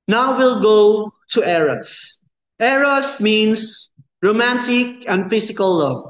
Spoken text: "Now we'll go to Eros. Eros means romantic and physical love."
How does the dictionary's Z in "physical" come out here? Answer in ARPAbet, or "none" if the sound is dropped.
S